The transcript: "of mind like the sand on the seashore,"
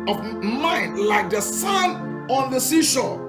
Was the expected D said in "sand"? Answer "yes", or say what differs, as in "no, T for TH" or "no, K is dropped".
no, D is dropped